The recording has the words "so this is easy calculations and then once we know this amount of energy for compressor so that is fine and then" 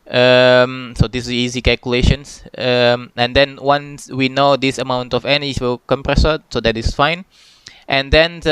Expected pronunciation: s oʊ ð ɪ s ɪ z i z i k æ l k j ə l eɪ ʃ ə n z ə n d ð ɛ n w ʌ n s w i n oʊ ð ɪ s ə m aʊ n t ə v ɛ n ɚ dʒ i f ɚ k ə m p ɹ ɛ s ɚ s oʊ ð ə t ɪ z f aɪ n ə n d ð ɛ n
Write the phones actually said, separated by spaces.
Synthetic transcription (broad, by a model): s oʊ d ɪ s i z i k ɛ l k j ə l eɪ ʃ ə n s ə n d ɛ n w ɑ n s w i n oʊ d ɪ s ə m aʊ n t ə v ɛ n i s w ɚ k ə m p ɹ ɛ s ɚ s oʊ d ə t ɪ s f aɪ n ə n d ɛ n